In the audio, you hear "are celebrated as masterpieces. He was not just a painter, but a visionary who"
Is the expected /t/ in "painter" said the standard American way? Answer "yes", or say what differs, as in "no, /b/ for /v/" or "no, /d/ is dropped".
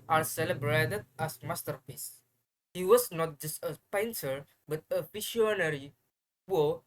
no, /s/ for /t/